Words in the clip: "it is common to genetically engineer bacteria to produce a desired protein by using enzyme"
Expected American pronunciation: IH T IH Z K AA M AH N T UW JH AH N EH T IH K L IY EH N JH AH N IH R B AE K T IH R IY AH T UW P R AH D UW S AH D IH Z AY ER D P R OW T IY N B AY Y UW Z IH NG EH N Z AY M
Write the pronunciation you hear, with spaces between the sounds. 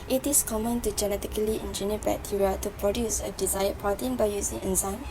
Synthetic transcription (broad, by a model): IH T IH S K AA M AH N T UW JH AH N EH T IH K L IY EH N JH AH N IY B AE T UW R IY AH T UW P R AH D UW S AH D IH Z AY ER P AA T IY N B AY Y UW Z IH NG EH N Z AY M